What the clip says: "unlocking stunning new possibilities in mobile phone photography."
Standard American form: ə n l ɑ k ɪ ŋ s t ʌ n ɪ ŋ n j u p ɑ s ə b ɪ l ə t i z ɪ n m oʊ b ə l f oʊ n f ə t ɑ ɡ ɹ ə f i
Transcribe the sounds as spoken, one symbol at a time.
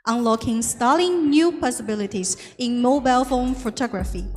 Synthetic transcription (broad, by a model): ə n l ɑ k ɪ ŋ s t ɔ l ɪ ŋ n j u p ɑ s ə b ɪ l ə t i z ɪ n m oʊ b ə l f oʊ n f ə t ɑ ɡ ɹ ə f i